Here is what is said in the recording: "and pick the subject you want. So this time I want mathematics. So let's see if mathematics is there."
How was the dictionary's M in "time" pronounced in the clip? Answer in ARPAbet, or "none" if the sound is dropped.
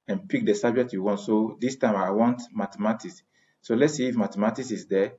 M